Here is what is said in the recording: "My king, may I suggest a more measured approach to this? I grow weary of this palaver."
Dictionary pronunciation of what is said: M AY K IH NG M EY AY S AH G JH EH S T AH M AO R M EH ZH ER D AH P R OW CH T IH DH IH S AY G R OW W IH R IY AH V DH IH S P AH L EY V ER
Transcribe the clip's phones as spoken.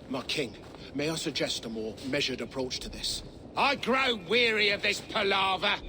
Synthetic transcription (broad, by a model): M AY K IH NG M EY AY S AH G JH EH S T AH M AO R M EH ZH ER D AH P R OW CH T IH DH IH S AY G R OW W IH R IY AH V DH IH S P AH L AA V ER